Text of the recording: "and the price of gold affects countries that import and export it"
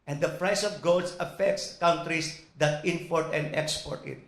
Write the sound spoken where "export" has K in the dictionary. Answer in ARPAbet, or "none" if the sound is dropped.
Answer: K